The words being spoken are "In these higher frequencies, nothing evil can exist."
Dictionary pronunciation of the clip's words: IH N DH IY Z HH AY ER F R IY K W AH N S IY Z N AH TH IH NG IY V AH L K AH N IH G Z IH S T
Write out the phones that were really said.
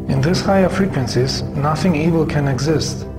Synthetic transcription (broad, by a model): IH N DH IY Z HH AY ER F R IY K W AH N S IY Z N AH TH IH NG IY V AH L K AH N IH G Z IH S T